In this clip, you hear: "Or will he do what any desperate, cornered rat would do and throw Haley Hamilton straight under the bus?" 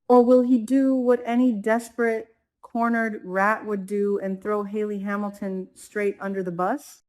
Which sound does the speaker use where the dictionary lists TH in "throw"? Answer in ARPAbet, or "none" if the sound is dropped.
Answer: TH